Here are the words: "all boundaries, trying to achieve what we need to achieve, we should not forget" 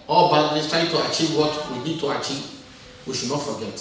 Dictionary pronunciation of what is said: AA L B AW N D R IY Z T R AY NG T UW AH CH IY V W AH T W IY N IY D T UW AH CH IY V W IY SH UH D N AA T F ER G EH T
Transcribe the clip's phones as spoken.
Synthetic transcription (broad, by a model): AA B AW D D IY S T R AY T UW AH CH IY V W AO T W IY N IY D T UW AH CH IY V W IY SH UH D N AA T F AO G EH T